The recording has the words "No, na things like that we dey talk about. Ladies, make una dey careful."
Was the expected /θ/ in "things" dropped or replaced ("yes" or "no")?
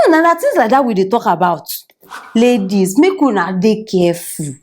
yes